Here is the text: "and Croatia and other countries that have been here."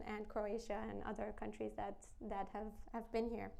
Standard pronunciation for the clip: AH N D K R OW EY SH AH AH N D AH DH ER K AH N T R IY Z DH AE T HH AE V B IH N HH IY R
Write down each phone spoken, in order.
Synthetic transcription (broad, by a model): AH N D K R OW EY SH AH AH N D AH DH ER K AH N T R IY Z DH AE T HH AE V B IH N HH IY R